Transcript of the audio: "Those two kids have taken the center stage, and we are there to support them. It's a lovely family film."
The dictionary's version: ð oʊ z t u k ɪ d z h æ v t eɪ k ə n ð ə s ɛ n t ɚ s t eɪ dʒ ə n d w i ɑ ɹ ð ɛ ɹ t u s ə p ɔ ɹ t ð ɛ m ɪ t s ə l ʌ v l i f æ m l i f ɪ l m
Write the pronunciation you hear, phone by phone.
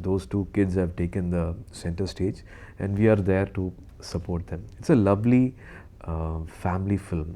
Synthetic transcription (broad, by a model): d oʊ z t u k ɪ d z h æ v t eɪ k ə n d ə s ɛ n t ɚ s t eɪ dʒ ə n d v i ɑ ɹ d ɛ ɹ t u s ə p ɔ ɹ t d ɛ m ɪ t s ə l ʌ v l i f æ m l i f ɪ l m